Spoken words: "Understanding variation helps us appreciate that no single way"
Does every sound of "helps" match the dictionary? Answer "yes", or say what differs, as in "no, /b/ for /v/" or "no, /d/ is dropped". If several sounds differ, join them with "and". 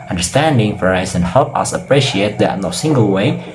no, /s/ is dropped